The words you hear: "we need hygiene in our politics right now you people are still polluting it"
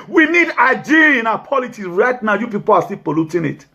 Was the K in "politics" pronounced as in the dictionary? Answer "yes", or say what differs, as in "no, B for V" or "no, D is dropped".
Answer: no, K is dropped